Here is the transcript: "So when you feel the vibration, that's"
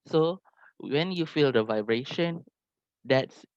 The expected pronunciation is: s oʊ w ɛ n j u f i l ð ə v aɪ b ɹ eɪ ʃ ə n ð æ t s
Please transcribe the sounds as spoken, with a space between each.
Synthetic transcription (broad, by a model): s oʊ w ɛ n j u f i l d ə v aɪ b ɹ eɪ ʃ ə n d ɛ t s